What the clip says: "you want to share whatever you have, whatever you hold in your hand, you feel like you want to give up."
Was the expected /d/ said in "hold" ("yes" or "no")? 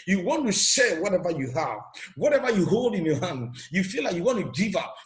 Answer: yes